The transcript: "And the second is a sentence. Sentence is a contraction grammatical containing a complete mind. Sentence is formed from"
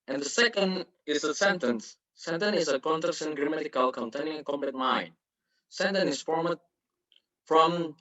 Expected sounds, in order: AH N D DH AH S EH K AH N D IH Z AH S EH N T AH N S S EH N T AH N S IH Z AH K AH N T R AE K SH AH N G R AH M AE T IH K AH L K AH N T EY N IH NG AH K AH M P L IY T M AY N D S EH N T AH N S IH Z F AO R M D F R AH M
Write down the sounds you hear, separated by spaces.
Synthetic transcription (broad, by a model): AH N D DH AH S EH K AH N D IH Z AH S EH N T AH N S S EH N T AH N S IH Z AH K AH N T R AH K S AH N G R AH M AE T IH K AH L K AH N T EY IH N AH K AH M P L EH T M AY N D S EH N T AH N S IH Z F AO R M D F R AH M